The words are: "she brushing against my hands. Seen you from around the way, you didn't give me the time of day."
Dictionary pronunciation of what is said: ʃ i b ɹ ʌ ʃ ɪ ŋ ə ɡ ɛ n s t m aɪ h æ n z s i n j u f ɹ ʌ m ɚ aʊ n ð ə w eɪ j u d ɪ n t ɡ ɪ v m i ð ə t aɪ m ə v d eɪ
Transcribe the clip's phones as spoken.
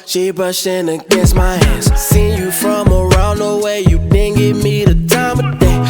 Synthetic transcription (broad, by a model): ʃ i b ʌ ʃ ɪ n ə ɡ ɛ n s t m aɪ h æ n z s i n j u f ɹ ʌ m ɚ aʊ n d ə w eɪ j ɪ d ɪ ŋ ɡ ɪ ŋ m i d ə t aɪ m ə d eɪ